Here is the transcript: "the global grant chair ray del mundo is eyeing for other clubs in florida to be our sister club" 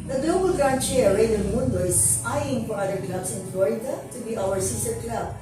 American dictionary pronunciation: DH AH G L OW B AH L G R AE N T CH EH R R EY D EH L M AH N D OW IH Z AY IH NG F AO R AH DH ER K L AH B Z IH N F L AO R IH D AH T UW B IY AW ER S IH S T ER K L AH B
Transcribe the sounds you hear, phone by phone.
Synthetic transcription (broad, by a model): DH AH G L OW B AH L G R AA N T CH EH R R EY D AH N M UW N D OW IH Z AY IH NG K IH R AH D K L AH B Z IH N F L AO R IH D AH T UW B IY AW ER S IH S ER K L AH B